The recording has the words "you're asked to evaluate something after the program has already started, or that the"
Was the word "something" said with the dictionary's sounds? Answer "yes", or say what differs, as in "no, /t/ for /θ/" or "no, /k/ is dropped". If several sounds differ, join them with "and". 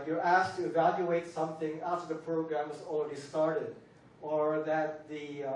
yes